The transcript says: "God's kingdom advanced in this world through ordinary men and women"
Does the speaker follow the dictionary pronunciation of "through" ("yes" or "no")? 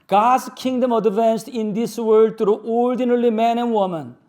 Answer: no